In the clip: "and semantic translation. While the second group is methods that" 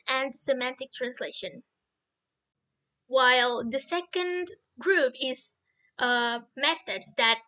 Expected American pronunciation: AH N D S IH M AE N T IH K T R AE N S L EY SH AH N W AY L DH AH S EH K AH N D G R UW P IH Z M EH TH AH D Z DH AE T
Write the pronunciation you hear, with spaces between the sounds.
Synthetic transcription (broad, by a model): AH N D S IH M AE N T IH K T R AE N S L EY SH AH N W AY L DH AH S EH K AH N D G R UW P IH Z M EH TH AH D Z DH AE T